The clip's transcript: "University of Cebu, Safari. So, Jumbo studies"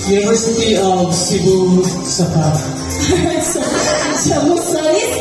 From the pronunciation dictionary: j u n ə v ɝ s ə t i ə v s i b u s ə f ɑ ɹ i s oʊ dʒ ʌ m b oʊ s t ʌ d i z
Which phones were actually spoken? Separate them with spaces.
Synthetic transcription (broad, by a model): j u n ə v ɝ s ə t i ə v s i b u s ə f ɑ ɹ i s oʊ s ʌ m oʊ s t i